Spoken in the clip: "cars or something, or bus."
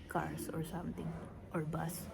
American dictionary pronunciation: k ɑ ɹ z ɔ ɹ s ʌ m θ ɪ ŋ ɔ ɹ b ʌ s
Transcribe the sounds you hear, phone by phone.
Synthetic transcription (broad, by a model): k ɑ ɹ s ɔ ɹ s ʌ m t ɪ ŋ ɔ ɹ b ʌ s